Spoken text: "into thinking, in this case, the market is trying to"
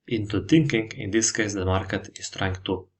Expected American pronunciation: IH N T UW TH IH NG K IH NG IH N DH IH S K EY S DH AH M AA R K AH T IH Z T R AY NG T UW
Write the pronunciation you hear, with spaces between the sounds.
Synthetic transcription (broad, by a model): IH N T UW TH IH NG K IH NG IH N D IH S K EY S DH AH M AA R K AH T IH S T R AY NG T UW